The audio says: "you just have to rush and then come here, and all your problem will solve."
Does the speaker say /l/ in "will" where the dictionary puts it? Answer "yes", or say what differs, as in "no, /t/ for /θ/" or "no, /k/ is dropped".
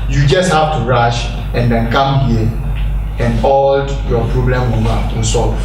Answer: no, /n/ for /l/